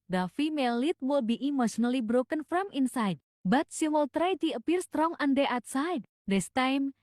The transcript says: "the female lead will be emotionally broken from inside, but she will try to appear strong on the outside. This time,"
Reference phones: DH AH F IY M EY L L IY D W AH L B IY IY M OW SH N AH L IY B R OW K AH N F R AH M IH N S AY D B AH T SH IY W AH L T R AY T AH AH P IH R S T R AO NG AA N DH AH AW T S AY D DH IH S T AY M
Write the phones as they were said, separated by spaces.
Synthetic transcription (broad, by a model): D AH F IY M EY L L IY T W AH L B IY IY M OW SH N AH L IY B R OW K AH N F R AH M IH N S AY D B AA T S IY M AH L T R AY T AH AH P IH R S T R AO NG AA N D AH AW T S AY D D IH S T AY M